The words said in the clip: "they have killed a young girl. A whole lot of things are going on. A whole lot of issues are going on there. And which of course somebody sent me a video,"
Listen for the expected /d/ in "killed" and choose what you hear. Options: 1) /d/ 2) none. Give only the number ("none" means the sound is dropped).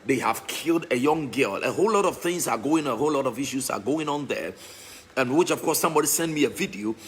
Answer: 1